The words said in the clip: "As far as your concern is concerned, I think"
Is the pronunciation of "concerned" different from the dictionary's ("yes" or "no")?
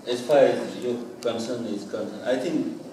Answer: yes